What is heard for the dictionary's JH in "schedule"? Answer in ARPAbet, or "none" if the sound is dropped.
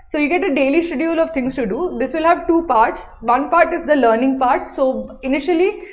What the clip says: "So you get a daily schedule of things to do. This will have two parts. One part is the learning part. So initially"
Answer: none